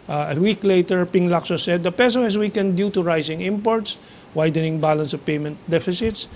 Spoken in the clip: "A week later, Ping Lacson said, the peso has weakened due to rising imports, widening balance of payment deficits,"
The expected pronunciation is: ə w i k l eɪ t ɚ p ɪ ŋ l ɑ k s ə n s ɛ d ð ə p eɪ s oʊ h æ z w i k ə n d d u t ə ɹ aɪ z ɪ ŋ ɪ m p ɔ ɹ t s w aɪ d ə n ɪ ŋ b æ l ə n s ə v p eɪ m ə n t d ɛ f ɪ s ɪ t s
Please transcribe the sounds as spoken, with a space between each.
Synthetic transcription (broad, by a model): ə w i k l eɪ t ɚ p ɪ ŋ l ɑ k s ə s ɛ d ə p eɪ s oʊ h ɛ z w i k ə n d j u t ə ɹ aɪ s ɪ ŋ ɪ m p ɔ ɹ t s w aɪ d ə n ɪ ŋ b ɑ l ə n s ə v p eɪ m ə n t d ɛ f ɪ s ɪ t s